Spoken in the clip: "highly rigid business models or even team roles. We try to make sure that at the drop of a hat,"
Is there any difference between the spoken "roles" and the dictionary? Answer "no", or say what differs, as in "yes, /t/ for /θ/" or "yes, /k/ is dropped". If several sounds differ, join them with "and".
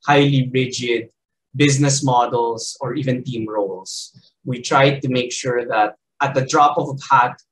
yes, /s/ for /z/